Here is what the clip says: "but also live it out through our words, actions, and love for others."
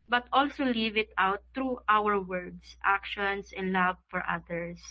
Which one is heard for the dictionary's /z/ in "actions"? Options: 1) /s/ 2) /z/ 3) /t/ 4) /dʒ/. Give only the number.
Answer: 1